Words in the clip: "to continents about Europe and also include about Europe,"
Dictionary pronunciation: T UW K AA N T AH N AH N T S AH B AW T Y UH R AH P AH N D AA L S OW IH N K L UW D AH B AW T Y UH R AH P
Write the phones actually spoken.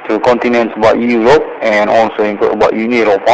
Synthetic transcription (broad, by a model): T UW K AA N T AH N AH N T S AH B AW T Y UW R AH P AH N AA L S OW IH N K UW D AH B AW T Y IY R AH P